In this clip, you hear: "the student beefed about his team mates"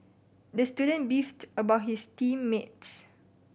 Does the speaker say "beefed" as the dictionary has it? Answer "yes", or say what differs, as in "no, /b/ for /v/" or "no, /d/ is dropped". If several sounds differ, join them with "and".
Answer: yes